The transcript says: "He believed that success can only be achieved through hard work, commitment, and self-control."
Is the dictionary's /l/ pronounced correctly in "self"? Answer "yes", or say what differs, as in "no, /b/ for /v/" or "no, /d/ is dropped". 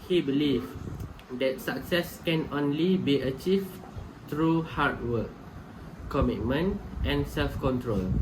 yes